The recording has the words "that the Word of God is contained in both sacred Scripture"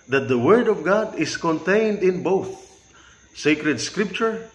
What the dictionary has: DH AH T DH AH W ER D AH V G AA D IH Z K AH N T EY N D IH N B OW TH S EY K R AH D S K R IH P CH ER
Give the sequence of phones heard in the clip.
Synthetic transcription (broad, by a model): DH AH T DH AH W ER D AH V G AA D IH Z K AH N T EY N D IH N B OW TH S EY K R AH D S K R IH P CH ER